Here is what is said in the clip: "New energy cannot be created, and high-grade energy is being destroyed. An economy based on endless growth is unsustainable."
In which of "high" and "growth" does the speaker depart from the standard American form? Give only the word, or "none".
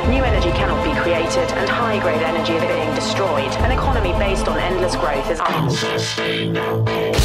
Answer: none